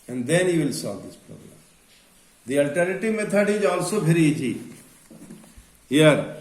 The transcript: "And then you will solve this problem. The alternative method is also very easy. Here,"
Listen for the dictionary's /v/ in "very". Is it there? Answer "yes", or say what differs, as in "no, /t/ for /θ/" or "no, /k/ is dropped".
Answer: no, /p/ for /v/